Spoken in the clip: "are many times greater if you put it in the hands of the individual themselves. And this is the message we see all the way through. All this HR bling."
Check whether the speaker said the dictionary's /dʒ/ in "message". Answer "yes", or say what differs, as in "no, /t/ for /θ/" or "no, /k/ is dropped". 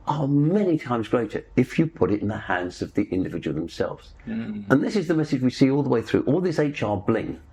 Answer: yes